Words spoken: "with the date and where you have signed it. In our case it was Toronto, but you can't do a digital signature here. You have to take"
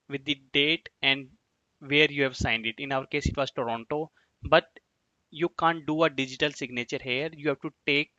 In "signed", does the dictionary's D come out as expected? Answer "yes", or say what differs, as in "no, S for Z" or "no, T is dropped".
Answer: yes